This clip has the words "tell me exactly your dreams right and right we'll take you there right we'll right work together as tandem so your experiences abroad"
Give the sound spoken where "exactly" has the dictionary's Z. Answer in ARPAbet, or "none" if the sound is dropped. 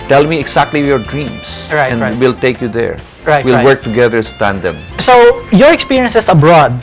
S